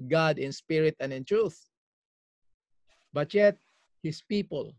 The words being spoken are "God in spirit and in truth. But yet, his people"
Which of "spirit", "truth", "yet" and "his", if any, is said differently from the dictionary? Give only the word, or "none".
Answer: his